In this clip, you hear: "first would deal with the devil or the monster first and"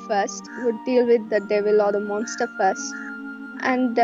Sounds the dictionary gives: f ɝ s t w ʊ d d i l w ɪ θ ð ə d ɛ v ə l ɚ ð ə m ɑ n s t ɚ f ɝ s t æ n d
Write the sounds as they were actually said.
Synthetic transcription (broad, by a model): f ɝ s t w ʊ d d i l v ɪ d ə d ɛ v ə l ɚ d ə m ɑ n s t ɚ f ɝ s t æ n d